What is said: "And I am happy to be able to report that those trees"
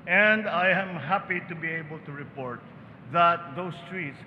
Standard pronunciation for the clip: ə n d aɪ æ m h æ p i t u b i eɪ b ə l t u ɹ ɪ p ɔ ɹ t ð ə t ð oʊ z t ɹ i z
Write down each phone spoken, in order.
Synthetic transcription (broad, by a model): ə n d aɪ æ m h æ p i t u b i eɪ b ə l t u ɹ ɪ p ɔ ɹ t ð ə t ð oʊ s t ɹ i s